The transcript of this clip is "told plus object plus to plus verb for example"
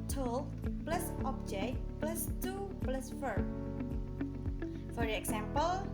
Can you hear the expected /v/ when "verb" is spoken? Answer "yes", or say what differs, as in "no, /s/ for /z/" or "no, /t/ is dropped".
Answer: no, /f/ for /v/